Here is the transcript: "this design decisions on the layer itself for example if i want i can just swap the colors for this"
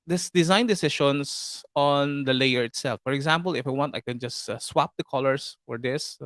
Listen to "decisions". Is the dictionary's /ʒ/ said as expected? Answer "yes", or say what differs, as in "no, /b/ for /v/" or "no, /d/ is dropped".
no, /ʃ/ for /ʒ/